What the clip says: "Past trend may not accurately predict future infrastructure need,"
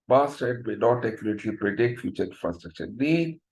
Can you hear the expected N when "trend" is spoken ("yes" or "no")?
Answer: no